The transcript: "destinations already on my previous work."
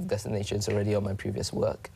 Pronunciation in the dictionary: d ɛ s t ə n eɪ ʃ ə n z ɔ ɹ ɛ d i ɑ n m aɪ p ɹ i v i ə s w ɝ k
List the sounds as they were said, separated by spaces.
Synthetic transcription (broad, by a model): d ɛ s t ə n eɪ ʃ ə n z ɔ ɹ ɛ d i ɑ n m aɪ p ɹ i v i ə s w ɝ k